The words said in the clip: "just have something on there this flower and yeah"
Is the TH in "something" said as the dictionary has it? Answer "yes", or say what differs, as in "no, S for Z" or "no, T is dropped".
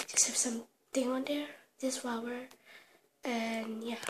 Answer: no, T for TH